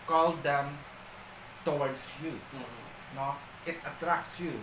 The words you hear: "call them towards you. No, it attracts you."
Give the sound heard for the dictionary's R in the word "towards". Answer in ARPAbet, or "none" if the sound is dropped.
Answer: W